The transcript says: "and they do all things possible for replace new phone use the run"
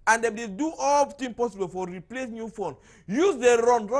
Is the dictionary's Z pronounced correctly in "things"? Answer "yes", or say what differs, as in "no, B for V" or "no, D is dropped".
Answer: no, Z is dropped